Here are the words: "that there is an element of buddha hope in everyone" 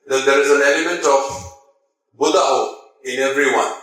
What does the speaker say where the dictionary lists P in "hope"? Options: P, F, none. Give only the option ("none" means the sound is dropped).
none